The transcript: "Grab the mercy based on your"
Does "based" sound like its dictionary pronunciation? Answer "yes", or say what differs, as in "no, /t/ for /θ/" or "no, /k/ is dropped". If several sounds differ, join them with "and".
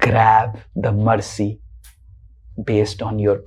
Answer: yes